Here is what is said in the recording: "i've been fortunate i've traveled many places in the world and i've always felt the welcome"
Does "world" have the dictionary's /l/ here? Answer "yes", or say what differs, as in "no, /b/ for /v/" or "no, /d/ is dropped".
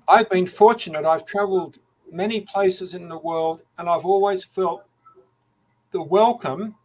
yes